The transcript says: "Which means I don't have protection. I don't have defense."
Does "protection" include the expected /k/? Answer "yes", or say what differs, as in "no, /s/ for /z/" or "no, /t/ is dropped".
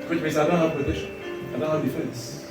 no, /k/ is dropped